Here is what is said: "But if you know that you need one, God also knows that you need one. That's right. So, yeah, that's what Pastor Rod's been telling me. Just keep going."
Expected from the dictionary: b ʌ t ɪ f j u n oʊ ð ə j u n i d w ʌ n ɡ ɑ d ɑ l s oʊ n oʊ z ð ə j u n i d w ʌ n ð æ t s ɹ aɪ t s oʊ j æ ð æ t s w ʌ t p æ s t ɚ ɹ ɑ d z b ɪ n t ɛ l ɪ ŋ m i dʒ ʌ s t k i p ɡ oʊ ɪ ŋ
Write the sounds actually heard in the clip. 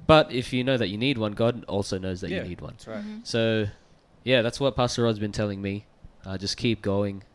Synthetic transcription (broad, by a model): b ʌ t ɪ f j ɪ n oʊ ð ə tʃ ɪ n i d w ʌ n ɡ ɑ d ɑ l s oʊ n oʊ z ð ə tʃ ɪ n i d w ʌ n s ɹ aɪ s oʊ j æ ð æ t s w ʌ t p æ s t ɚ ɹ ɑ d z b ɪ n t ɛ l ɪ ŋ m i dʒ ʌ s k i p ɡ oʊ ɪ ŋ